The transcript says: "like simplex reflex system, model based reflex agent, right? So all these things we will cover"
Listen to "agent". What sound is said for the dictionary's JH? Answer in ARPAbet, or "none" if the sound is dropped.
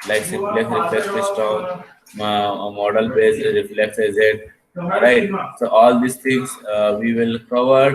Z